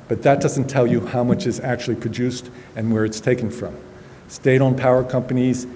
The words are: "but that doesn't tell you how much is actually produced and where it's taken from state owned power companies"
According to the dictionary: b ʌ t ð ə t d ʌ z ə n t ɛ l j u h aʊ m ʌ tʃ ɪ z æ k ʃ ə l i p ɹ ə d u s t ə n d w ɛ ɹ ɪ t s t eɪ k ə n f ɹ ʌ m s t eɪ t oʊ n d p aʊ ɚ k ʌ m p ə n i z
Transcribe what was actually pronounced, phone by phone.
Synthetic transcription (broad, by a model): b ʌ t ð ə t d ʌ z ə n t ɛ l j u h aʊ m ʌ tʃ ɪ z æ k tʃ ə l i p ɹ ə d u s t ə n w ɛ ɹ ɪ t s t eɪ k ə n f ɹ ʌ m s t eɪ t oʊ n p aʊ ɚ k ʌ m p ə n i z